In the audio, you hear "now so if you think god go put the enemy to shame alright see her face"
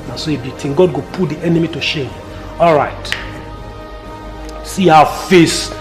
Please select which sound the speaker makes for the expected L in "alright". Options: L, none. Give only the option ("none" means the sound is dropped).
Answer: L